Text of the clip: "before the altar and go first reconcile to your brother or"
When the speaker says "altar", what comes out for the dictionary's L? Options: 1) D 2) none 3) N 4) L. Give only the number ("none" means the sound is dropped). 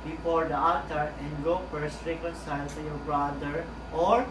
2